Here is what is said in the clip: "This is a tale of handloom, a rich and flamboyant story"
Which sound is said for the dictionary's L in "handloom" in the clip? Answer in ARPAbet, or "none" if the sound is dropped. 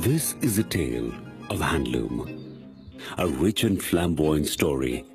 L